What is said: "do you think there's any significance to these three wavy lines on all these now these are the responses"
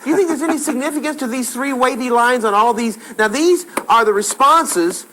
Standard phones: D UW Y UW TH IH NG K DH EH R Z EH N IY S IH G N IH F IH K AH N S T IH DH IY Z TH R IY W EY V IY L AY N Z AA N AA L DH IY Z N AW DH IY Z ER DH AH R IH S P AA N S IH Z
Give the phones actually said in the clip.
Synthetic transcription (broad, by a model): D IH Y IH TH IH NG K DH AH R Z EH N IY S IH G N IH F IH K AH N S T IH DH IY Z TH R IY W EY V IY L AY N Z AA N AA L DH IY Z N AW DH IY Z ER DH AH R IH S P AA N S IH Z